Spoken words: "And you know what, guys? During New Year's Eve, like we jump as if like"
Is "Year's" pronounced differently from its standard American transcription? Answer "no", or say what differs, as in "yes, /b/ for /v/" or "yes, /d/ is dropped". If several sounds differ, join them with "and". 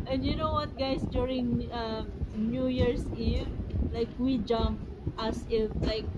yes, /s/ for /z/